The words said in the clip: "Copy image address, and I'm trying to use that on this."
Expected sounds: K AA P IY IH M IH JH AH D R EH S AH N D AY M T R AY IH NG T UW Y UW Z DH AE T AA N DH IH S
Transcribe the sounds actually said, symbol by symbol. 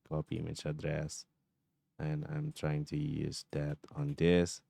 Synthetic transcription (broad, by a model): K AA P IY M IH CH AH D R EH S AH N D AY M T R AY IH NG T UW Y UW Z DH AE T AA N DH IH S